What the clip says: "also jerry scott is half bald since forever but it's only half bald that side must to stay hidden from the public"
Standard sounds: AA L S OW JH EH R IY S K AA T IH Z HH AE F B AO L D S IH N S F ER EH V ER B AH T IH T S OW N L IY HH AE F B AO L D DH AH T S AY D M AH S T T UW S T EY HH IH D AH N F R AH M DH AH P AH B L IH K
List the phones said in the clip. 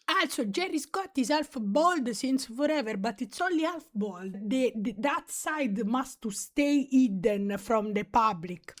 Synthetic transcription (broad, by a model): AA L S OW JH EH R IY S K AA T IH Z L F B AO L D S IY N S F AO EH V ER B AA T IH T S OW L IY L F B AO L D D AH T S AY D M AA S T T UW S T EY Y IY D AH N F R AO M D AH P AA B L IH K